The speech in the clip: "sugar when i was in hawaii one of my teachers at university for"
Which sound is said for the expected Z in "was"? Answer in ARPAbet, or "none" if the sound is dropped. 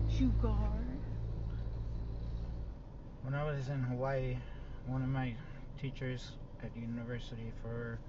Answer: Z